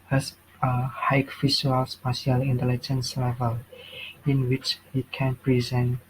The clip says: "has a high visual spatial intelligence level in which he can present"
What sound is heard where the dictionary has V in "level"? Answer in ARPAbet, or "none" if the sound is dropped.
V